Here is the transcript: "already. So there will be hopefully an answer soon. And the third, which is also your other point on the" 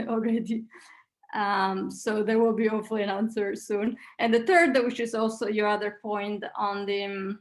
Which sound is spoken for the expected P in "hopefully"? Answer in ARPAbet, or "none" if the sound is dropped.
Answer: none